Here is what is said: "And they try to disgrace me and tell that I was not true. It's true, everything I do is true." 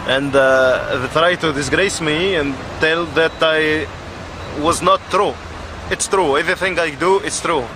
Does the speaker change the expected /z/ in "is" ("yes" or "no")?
yes